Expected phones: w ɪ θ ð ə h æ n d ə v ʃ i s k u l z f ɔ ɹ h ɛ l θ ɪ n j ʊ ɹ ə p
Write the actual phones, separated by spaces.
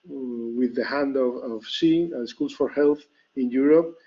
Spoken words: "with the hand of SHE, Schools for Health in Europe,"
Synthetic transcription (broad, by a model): w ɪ ð ə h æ n d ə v s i s k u l s f ɔ ɹ h ɛ l θ ɪ n j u ɹ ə p